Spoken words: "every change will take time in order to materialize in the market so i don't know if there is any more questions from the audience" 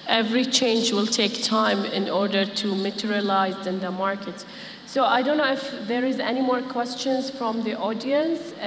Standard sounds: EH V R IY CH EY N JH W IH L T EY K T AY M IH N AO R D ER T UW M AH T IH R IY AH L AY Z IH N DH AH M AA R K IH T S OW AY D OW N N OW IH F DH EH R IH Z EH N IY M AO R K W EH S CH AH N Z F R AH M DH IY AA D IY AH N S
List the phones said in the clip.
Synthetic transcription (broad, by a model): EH V R IY CH EY N JH W IH L T EY K T AY M IH N AO R D ER T UW M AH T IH R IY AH L AY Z IH N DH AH M AA R K IH T S OW AY D OW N N OW IH F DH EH R IH Z EH N IY M AO R K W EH S CH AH N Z F R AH M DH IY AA D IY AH N S